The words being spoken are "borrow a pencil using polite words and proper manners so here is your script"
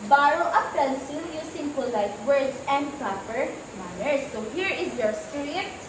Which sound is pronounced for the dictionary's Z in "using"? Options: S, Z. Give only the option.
S